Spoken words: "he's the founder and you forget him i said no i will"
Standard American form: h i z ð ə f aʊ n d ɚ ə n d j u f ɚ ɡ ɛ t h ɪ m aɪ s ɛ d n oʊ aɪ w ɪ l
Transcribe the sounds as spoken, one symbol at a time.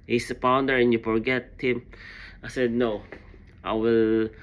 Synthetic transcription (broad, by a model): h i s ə p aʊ n d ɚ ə n j u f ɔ ɡ ɛ t h ɪ m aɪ s ɛ d n oʊ aɪ w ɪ l